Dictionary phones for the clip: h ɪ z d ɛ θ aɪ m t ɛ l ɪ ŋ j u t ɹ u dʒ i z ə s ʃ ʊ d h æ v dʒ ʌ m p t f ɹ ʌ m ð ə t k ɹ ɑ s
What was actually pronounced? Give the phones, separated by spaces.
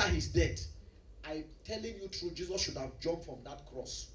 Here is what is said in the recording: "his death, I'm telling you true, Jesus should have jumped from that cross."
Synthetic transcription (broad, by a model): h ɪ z d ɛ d aɪ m t ɛ l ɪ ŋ j u t ɹ u dʒ i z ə s ʃ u d h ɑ v dʒ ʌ m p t f ɹ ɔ m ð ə t k ɹ ɑ s